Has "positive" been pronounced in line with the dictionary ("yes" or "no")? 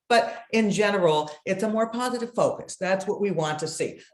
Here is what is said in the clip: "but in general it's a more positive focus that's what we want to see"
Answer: yes